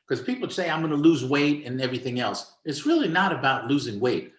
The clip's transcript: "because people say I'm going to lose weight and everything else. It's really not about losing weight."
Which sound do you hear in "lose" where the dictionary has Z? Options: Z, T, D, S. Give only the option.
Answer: Z